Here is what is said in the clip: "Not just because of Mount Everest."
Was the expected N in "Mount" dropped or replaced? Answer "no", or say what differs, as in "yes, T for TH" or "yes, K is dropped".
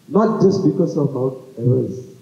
yes, N is dropped